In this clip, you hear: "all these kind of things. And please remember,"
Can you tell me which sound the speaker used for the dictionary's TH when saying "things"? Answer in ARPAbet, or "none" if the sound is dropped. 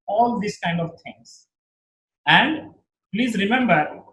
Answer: T